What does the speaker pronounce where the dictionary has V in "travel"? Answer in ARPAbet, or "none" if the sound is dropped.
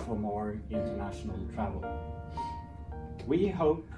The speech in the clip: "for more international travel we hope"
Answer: V